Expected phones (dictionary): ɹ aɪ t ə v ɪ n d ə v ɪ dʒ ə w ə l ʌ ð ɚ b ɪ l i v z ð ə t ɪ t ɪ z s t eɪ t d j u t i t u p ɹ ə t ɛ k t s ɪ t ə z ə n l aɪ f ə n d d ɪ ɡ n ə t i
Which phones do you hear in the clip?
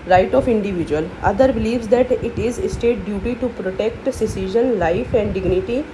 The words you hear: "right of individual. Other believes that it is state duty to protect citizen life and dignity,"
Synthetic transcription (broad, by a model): ɹ aɪ t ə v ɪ n d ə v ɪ dʒ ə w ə l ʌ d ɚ b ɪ l i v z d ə t ɪ t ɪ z s t eɪ t d j u t i t u p ɹ ə t ɛ k t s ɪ s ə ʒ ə n l aɪ f ə n d d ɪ ɡ n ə t i